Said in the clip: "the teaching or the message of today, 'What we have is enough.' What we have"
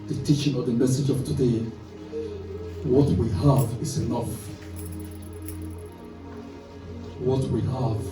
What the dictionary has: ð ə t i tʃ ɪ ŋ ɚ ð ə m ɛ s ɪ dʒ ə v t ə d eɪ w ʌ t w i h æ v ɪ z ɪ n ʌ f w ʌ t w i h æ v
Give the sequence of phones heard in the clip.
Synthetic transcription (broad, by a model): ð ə t i tʃ ɪ ŋ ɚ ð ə m ɛ s ɪ dʒ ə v t ə d eɪ w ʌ t w i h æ v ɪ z ɪ n ʌ f w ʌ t w i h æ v